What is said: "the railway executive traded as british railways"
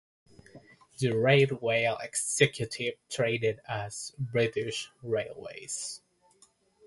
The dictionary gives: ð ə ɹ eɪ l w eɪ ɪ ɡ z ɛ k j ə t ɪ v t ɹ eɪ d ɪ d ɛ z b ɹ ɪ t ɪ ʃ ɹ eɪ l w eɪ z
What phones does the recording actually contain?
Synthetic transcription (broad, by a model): ð ə ɹ eɪ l w eɪ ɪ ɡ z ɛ k j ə t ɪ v t ɹ eɪ d ɪ d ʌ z b ɹ ɪ t ɪ ʃ ɹ eɪ l w eɪ z